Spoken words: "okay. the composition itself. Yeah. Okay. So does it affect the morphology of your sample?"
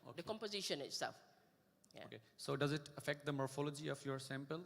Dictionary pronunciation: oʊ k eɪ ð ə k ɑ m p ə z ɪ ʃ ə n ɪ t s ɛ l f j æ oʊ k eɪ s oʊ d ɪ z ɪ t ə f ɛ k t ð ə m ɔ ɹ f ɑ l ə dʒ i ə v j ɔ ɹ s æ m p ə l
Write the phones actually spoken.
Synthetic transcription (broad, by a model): oʊ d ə k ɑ m p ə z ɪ ʃ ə n ɪ t s ɛ l f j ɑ oʊ k eɪ s oʊ d ɪ z ɪ t ə f ɛ k t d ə m ɔ ɹ f ɑ l ə dʒ i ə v j ɔ ɹ s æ m p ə l